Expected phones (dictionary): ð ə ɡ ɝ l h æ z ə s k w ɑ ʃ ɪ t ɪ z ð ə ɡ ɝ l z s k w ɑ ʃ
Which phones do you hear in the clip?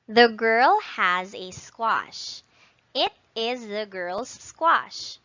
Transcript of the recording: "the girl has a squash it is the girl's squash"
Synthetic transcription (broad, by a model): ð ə ɡ ɝ l h æ z ə s k w ɑ ʃ ɪ t ɪ z ð ə ɡ ɝ l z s k w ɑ ʃ